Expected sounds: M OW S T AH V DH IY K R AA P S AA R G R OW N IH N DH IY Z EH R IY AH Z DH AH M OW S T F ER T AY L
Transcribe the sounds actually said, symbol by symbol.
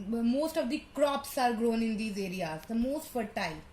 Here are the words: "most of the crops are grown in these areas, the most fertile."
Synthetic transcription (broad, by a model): M OW S T AH V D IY K R AA P S AA R G R OW N IH N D IY Z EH R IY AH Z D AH M OW S T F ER T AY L